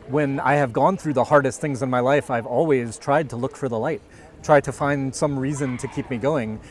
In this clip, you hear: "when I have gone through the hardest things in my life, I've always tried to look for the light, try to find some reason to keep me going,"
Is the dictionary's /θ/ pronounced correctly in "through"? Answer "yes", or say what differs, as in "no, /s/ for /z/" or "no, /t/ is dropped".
yes